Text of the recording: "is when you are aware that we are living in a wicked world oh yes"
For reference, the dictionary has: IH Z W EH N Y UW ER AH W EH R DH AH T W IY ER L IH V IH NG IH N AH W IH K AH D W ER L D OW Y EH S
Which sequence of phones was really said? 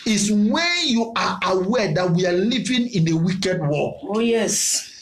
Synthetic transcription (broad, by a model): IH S W EH N Y UW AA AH W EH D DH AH T W IY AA L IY V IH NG IH N AH W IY K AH D W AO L OW Y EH S